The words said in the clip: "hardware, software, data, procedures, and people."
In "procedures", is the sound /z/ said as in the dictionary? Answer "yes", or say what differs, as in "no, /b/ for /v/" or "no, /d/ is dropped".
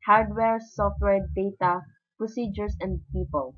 no, /s/ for /z/